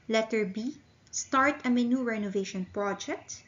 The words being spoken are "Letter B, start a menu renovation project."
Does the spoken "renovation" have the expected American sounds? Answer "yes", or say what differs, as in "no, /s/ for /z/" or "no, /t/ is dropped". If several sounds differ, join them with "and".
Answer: yes